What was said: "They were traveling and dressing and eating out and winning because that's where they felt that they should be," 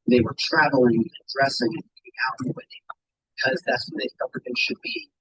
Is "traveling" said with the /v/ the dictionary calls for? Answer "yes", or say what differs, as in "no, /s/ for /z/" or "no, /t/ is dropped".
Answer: yes